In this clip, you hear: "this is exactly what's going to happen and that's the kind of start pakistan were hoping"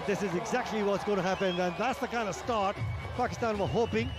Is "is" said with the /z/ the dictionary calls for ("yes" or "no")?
yes